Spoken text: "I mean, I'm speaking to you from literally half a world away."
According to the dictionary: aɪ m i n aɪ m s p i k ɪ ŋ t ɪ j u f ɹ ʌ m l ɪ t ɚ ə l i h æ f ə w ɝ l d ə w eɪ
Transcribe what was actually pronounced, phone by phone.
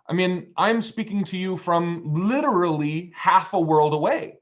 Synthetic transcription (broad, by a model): aɪ m i n aɪ m s p i k ɪ ŋ t ɪ j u f ɹ ʌ m l ɪ t ɚ l i h æ f ə w ɝ l d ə w eɪ